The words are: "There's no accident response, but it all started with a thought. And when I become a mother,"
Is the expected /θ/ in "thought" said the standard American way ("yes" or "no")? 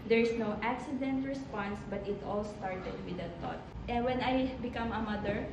no